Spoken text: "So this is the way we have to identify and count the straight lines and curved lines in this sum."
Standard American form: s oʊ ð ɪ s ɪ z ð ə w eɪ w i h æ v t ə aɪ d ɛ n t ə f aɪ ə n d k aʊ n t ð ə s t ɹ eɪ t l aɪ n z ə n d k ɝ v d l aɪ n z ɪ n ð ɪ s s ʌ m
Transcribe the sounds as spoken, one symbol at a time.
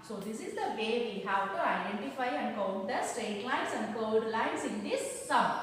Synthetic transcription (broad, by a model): s oʊ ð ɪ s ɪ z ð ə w eɪ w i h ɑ w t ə aɪ d ɛ n t ə f aɪ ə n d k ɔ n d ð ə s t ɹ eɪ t l aɪ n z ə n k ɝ d l aɪ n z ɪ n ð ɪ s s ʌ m